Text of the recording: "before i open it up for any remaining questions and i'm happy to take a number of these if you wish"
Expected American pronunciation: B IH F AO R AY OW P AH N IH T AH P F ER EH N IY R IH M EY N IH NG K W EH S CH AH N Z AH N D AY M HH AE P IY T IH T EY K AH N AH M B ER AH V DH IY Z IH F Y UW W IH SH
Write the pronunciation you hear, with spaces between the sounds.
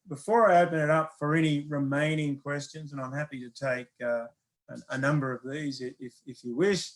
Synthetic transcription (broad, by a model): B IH F AO R AY OW P AH N IH T AH P F ER EH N IY R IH M EY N IH NG K W EH S CH AH N Z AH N AY M HH AE P IY T IH T EY K AH N AH M B ER AH V DH IY Z IH F Y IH W IH SH